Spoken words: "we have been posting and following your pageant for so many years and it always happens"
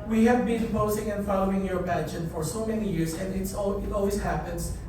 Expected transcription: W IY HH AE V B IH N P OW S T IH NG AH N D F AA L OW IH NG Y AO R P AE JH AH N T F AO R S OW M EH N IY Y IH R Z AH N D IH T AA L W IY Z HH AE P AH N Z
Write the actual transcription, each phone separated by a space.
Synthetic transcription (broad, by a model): W IY HH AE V B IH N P OW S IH NG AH N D F AA L OW IH NG Y AO R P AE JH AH T F AO R S OW M EH N IY Y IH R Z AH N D IH T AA L W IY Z HH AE P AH N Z